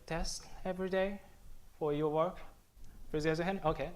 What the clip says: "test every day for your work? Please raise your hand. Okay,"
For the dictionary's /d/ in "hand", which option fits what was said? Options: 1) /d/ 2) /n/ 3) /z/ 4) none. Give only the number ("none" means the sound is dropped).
4